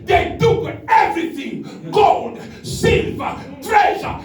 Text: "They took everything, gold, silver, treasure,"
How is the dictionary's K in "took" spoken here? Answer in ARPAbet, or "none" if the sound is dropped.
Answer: none